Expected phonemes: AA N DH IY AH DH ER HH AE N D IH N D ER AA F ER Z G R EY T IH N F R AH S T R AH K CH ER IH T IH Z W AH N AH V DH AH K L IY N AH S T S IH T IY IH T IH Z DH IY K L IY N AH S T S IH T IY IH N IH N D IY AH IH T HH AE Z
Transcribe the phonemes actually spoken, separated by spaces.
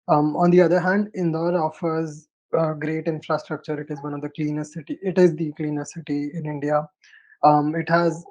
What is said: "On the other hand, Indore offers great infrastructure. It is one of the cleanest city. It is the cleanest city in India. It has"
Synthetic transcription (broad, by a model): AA N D IY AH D ER HH AE N D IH N D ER AA F ER Z G R EY T IH N F R AH S T R AH K CH ER IH T IH Z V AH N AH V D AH K L IY N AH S S IH T IY IH T IH Z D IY K L IY N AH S S IH T IY IH N IH N D IY AH IH T HH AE Z